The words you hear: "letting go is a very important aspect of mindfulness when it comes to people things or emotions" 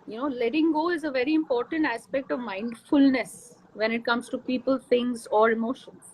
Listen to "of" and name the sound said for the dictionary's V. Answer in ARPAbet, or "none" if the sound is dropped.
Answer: V